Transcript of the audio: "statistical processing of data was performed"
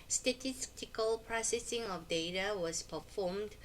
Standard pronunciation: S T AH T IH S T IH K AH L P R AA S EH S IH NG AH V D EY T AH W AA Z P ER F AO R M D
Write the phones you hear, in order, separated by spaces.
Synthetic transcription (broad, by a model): S T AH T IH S T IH K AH L P R AA S EH S IH NG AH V D EY T AH W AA S P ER F AO M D